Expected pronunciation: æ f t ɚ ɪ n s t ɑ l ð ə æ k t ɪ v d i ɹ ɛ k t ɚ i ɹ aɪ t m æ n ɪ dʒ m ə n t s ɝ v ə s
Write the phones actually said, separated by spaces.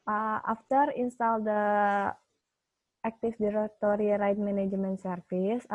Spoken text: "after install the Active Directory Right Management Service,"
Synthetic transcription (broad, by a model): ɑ f t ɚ ɪ n s t ɑ l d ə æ k t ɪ f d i ɹ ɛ k t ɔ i ɹ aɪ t m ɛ n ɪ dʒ m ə n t s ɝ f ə s